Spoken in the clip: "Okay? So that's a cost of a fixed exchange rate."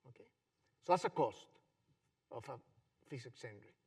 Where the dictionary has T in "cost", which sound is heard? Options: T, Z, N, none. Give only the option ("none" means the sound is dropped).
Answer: T